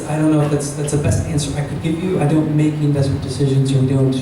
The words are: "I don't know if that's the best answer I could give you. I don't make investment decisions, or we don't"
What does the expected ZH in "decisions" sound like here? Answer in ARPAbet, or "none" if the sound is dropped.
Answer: ZH